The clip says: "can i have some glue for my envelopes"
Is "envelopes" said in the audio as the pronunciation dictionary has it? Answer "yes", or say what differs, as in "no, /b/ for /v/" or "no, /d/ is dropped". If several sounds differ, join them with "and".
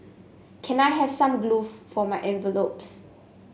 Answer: yes